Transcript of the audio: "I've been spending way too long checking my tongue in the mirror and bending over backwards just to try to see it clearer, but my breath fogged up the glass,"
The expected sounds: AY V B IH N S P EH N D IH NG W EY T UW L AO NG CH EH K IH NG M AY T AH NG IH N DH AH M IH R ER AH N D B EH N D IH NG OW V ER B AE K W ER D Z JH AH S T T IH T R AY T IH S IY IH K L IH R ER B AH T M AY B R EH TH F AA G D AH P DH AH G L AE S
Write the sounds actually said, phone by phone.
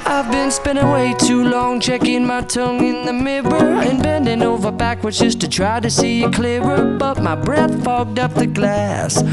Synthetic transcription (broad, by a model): AY V B IH N S P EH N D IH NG W EY T UW L AO NG CH EH K IH NG M AY T AH NG IH N DH AH M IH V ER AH N B EH N D IH NG OW V ER B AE K W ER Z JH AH S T T IH T R AY T IH S IY IH K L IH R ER B AH T M AY B R EH TH F AA G D AH P DH AH G L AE S